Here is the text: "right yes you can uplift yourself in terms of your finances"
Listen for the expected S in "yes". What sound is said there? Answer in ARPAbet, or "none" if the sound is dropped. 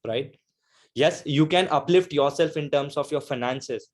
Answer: S